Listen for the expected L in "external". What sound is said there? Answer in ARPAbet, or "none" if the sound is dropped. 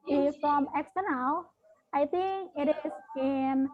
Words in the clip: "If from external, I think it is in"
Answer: W